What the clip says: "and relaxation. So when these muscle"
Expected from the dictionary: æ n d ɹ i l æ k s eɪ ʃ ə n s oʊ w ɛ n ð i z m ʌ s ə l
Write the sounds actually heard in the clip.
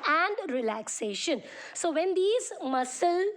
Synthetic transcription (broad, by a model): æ n d ɹ i l æ k s eɪ ʃ ə n s oʊ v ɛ n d i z m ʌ s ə l